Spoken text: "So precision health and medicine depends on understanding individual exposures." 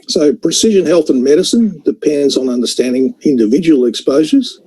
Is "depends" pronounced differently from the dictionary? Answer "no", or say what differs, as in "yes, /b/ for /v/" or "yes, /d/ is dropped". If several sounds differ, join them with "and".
no